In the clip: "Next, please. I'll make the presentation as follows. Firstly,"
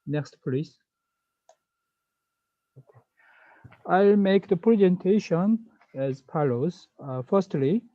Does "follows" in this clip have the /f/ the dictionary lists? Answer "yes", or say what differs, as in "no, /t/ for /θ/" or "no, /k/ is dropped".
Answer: no, /p/ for /f/